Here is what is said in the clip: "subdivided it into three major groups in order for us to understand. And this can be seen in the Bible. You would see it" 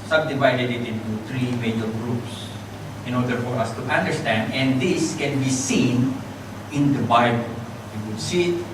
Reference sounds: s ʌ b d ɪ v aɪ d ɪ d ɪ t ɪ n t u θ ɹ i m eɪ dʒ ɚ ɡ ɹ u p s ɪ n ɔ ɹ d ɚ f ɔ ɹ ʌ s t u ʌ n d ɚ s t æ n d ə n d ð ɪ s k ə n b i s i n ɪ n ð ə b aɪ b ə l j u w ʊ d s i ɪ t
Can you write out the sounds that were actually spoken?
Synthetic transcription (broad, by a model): s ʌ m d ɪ v aɪ d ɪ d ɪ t ɪ n t u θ ɹ i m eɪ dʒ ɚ ɡ ɹ u p s ɪ n ɔ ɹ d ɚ f ɔ ɹ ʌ s t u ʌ n d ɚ s t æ n d ə n d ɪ s k ə n b i s i n ɪ n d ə b aɪ b ə l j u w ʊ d s i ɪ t